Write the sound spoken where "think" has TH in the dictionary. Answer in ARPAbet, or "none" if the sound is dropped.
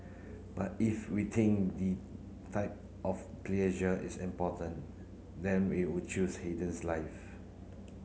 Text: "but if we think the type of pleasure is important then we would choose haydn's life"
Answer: T